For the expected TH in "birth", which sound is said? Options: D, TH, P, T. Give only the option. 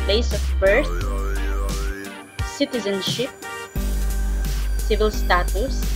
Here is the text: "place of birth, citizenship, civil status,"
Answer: T